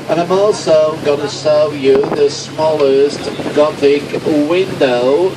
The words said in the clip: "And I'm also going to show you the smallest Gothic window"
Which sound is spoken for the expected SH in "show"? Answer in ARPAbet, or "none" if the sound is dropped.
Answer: S